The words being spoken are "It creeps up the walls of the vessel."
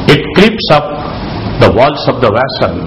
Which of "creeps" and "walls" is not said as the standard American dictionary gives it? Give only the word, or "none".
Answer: walls